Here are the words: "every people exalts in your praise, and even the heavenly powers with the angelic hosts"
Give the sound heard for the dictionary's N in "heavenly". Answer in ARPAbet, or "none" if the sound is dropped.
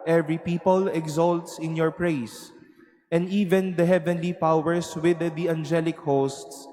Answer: N